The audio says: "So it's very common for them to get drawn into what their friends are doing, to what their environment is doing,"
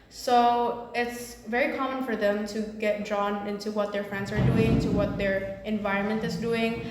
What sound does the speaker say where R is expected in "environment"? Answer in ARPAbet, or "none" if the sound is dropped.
R